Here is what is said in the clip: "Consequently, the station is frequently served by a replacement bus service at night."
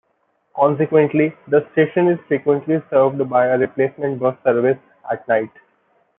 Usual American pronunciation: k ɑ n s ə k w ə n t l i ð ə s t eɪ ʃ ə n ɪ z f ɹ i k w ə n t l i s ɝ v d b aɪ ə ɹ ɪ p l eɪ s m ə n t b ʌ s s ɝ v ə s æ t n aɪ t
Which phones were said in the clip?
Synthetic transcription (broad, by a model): k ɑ n s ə k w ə n t l i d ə s t eɪ ʃ ə n ɪ z f ɹ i k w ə n t l i s ɝ v d b aɪ ə ɹ ɪ p l eɪ s m ə n t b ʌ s s ɝ v ə s æ t n aɪ t